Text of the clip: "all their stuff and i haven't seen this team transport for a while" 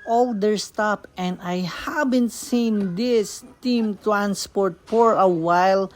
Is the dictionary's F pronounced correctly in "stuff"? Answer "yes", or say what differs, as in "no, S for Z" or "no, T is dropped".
no, P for F